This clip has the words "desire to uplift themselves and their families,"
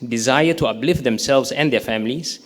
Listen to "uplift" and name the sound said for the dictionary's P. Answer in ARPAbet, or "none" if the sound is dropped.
B